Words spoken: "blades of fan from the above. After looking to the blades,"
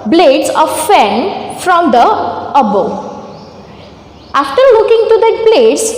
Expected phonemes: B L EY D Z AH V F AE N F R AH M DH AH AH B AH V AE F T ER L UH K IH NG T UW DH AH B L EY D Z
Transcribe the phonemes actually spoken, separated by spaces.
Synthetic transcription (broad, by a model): B L EY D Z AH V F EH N F R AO M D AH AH B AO AA F T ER L UH K IH NG T UW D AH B L EY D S